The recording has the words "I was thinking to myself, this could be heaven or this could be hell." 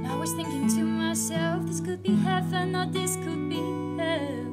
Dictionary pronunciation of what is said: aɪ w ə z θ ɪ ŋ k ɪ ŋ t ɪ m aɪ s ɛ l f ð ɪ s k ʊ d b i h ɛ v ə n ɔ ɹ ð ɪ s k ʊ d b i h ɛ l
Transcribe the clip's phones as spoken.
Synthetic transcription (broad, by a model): aɪ w ə z θ ɪ ŋ k ɪ ŋ t ɪ m aɪ s ɛ l f ð ɪ s k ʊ d b i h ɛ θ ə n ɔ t ð ɪ s k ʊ d b i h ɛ